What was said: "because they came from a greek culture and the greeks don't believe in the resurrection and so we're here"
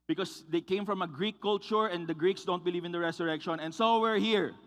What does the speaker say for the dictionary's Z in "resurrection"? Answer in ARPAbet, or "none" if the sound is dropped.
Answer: S